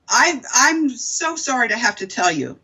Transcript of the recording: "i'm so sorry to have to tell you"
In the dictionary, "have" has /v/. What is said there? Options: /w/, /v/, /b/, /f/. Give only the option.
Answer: /f/